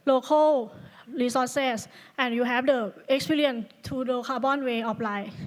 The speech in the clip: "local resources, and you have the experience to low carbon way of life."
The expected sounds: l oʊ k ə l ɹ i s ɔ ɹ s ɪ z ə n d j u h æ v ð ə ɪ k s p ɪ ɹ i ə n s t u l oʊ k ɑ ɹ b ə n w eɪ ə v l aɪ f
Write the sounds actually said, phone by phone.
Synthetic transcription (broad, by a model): l oʊ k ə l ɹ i s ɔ s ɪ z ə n j u h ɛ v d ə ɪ k s p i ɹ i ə n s t u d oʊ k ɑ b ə n w eɪ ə p l aɪ